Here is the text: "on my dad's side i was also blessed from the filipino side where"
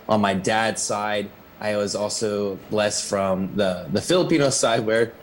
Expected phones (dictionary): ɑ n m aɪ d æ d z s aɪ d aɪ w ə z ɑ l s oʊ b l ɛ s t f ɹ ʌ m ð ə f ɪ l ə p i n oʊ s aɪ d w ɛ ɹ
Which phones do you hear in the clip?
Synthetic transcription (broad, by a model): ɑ n m aɪ d æ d s aɪ d aɪ w ə z ɑ l s oʊ b l ɛ s t f ɹ ʌ m ð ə f ɪ l ə p i n oʊ s aɪ d w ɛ ɹ